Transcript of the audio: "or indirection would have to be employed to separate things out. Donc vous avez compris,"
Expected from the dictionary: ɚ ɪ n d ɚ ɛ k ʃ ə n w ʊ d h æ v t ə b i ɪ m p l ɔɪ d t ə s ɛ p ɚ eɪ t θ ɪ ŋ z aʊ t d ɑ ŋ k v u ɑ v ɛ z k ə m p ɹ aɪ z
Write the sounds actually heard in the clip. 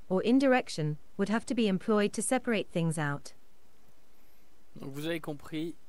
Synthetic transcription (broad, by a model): ɚ ɪ n d ɚ ɛ k ʃ ə n w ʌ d h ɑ f t ə b i ɪ m p l ɔɪ d t ə s ɛ p ɚ eɪ t θ ɪ ŋ z aʊ t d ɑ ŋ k v u ɑ v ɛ k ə p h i